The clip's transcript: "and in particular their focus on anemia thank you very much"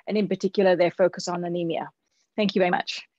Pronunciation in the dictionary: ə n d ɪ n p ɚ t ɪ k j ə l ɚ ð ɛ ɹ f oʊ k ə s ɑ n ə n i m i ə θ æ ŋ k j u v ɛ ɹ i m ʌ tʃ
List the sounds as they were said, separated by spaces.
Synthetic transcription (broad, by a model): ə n ɪ n p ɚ t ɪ k j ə l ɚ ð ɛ f oʊ k ə s n ə n i m i ə θ æ ŋ k j u v ɛ ɹ i m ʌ tʃ